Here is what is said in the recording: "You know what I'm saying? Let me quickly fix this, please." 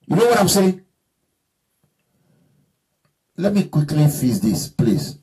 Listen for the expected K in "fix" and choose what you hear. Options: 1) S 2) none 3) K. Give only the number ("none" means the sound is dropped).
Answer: 2